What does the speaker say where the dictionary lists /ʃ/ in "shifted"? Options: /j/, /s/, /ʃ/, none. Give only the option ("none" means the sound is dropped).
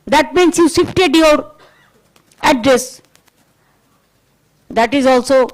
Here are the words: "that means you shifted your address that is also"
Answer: /s/